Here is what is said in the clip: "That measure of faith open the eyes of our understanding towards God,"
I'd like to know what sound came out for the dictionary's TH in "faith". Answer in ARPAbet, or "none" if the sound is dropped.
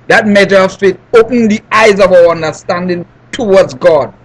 T